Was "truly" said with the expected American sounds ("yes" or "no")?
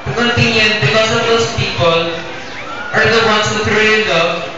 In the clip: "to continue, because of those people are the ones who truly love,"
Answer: no